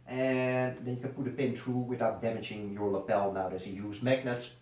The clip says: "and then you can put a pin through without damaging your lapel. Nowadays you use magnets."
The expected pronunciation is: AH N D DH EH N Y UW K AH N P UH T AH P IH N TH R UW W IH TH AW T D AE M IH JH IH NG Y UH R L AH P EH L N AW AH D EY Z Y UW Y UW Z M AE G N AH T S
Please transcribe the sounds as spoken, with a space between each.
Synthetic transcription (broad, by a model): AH N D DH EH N Y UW K AH N P UH T AH P IH N T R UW W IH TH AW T D AE M IH JH IH NG Y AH R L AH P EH L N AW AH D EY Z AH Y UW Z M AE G N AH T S